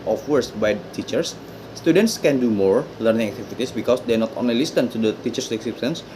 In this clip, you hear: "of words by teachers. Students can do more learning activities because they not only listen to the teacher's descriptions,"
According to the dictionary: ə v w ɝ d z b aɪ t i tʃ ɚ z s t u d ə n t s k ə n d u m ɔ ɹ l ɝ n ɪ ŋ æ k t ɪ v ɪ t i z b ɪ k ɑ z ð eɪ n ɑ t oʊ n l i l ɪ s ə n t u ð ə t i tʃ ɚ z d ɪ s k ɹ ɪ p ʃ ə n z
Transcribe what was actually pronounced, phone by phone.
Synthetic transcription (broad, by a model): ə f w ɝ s b aɪ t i tʃ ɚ s t u d ə n t s k ə n d u m ɔ ɹ l ɝ n ɪ ŋ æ k t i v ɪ t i s b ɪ k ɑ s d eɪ n ɑ t oʊ n l i l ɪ s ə n t u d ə t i tʃ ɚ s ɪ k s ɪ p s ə n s